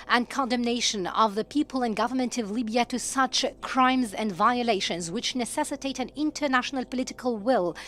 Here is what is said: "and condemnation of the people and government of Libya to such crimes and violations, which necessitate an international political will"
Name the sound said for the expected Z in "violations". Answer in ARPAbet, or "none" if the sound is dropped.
Z